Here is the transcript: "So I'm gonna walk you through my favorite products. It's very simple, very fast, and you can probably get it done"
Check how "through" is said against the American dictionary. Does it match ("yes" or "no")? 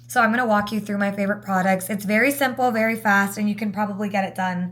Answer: yes